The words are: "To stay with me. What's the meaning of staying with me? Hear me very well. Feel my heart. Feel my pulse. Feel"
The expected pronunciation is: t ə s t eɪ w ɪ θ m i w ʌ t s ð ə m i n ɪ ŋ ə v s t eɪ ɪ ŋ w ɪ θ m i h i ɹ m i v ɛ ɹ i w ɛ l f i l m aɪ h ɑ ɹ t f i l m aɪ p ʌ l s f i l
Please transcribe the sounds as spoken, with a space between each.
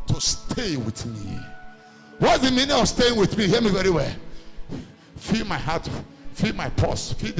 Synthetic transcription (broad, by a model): t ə s t eɪ w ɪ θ m i w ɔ t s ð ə m i n ɪ ŋ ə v s t eɪ ɪ ŋ w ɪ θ m i h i m i v ɛ ɹ i w ɛ l f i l m aɪ h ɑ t f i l m aɪ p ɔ s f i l